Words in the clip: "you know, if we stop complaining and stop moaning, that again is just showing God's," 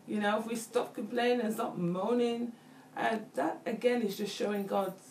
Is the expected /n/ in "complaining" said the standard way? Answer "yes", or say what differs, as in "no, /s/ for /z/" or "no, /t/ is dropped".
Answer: no, /n/ is dropped